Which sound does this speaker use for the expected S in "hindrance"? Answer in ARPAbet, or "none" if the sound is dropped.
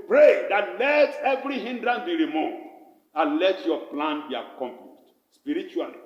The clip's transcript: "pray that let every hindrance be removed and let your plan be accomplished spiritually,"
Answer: none